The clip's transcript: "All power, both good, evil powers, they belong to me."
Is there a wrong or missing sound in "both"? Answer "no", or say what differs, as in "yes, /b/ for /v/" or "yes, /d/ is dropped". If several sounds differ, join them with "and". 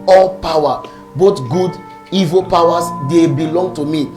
yes, /t/ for /θ/